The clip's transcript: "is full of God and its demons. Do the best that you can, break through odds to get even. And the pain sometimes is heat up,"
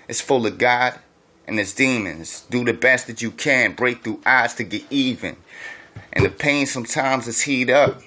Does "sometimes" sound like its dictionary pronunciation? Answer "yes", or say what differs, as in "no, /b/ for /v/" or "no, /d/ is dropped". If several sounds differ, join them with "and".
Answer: yes